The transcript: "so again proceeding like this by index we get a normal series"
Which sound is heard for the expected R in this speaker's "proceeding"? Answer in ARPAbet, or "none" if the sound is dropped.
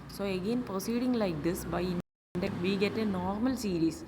R